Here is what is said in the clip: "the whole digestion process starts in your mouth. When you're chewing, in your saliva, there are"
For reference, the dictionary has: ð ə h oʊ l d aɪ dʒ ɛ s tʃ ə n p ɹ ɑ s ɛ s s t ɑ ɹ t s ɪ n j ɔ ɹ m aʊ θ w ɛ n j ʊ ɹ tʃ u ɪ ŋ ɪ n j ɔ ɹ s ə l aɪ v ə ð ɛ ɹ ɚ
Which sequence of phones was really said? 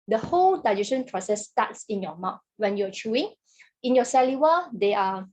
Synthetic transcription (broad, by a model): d ə h oʊ l d aɪ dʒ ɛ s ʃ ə n p ɹ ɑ s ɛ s s t ɑ t s ɪ n j ɔ m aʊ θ w ɛ n j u tʃ u ɪ ŋ ɪ n j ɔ s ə l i w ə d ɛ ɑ